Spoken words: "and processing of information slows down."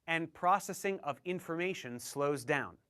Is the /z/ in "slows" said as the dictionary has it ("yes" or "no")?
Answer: yes